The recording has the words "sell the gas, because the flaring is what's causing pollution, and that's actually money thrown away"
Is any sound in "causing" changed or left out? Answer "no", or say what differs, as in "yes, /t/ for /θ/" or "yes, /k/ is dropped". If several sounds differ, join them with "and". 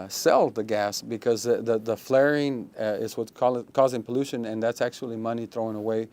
no